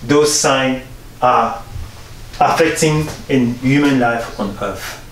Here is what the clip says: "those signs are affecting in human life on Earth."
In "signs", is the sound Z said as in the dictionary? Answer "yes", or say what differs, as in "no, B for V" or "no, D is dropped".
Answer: no, Z is dropped